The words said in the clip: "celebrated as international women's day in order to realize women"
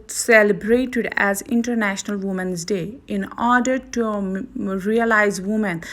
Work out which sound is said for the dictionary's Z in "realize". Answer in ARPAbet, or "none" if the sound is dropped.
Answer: Z